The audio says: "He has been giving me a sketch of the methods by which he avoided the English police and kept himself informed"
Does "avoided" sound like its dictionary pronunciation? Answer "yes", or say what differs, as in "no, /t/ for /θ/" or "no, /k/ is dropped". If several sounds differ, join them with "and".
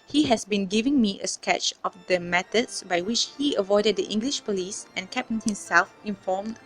yes